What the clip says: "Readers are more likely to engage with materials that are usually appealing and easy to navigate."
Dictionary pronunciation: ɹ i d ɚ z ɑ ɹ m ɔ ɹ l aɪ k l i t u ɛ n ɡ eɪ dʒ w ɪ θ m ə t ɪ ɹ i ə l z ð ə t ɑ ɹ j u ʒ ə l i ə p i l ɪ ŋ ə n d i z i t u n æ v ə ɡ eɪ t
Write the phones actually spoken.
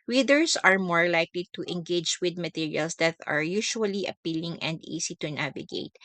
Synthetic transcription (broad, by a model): ɹ i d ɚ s ɑ ɹ m ɔ ɹ l aɪ k l i t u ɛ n ɡ eɪ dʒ w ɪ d m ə t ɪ ɹ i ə l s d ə t ɑ ɹ j u ʃ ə l i ə p i l ɪ ŋ ə n d i s i t u n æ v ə ɡ eɪ t